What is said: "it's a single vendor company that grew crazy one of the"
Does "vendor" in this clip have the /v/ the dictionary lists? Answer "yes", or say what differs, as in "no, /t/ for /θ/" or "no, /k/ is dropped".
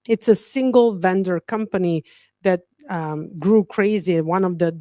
yes